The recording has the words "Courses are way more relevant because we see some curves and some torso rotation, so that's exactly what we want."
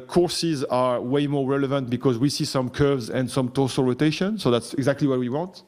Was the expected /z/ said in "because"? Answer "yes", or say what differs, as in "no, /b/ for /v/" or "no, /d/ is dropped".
yes